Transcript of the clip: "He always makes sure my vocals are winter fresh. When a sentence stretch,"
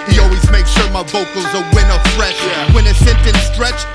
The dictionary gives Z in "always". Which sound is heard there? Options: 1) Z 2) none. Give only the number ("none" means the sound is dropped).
1